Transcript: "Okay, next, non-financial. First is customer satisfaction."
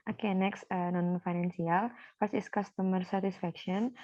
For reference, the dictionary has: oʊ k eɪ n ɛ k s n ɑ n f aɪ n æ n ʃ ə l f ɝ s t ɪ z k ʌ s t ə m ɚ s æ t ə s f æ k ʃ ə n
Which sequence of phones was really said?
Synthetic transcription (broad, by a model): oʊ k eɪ n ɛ k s n ɑ n f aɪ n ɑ n s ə l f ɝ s ɪ s k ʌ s t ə m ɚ s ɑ t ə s f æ k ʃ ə n